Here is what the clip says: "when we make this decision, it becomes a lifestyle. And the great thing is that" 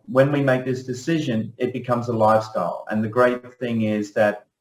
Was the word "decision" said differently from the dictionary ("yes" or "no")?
no